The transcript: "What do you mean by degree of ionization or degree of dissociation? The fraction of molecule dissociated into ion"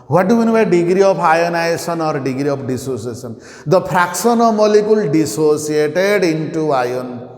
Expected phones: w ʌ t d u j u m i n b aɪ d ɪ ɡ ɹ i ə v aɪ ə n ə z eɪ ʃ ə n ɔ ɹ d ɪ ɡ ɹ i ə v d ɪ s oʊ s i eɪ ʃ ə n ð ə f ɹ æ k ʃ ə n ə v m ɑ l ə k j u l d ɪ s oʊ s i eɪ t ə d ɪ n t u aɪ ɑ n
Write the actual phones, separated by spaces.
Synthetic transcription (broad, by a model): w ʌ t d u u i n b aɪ d ɪ ɡ ɹ i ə p aɪ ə n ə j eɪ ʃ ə n ɔ ɹ d ɪ ɡ ɹ i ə p d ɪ s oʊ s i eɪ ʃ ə n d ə p ɹ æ k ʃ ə n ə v m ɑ l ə k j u l d ɪ s oʊ s i eɪ t ə d ɪ n t u aɪ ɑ n